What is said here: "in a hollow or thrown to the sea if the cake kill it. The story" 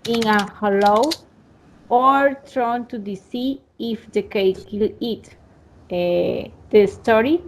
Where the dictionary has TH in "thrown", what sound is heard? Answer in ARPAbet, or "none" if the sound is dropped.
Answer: T